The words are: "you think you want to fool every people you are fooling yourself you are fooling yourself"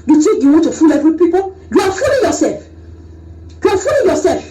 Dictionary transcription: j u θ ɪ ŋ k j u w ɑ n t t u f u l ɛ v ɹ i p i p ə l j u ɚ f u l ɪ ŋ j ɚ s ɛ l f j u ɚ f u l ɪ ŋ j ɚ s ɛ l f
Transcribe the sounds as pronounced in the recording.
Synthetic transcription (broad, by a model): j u t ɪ k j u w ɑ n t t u f u l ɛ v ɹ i p i p ə l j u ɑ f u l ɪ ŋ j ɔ s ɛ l f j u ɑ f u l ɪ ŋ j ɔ s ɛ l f